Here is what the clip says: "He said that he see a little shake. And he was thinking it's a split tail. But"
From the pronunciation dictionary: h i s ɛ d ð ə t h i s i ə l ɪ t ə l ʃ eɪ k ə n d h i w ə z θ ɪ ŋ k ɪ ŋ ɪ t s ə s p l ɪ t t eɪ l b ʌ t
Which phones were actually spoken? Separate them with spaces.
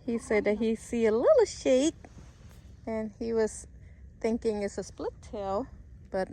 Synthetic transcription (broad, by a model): h i s ɛ d ð ə t h i s i ə l ɪ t l ʃ eɪ k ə n i w ə z θ ɪ ŋ k ɪ ŋ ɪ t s ə s p l ɪ t t eɪ l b ʌ t